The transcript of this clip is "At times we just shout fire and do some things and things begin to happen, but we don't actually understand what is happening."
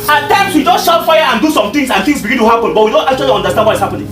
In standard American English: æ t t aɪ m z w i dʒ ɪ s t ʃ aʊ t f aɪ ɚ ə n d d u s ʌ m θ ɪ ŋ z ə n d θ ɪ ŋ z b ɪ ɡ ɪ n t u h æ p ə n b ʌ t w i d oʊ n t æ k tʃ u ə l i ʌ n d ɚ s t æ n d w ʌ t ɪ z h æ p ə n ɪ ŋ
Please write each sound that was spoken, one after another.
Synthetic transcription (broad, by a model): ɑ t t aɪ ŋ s w i dʒ ɪ s t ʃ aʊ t f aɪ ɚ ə n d d u s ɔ m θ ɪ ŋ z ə n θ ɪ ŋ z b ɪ ɡ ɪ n t u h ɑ p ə n b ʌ t w i d oʊ n t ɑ k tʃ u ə l i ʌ n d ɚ s t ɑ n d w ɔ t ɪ s h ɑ p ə n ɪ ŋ